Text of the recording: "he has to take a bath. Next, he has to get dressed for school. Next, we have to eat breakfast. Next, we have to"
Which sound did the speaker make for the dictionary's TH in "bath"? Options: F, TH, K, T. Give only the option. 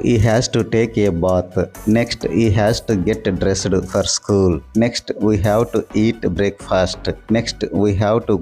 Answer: T